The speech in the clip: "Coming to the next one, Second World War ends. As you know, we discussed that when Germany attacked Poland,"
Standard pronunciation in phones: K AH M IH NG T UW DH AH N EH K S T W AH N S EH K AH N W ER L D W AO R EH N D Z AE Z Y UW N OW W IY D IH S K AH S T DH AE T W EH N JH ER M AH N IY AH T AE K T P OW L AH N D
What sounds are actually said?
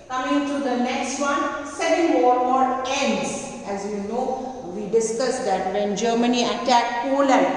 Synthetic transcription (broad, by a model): K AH M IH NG T UW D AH N EH K S T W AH N S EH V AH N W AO D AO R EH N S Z AE Z Y UW N OW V IY D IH S K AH S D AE T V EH N JH ER M AH N IY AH T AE K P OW L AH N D